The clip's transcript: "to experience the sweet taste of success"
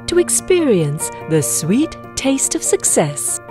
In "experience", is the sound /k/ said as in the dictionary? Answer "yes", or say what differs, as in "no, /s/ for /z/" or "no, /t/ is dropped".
yes